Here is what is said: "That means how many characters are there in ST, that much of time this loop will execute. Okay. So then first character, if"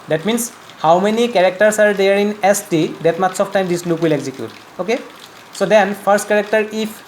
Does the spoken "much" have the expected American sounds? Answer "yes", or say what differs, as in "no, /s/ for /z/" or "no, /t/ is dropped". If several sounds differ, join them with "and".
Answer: no, /s/ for /tʃ/